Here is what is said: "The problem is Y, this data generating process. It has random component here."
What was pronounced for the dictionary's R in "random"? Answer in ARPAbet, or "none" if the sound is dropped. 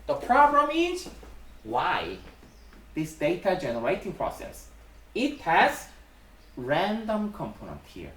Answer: R